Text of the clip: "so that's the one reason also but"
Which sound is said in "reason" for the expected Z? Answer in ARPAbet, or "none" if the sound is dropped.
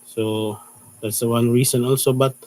S